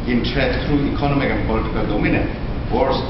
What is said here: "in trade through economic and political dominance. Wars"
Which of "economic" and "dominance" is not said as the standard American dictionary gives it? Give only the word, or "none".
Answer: dominance